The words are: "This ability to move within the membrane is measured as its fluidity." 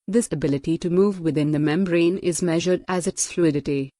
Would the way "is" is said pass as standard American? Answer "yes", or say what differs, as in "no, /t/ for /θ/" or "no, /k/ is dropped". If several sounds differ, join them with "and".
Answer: yes